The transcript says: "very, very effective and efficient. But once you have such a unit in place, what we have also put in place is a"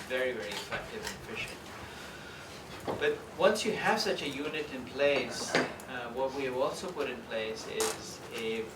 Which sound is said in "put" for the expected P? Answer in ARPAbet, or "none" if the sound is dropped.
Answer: P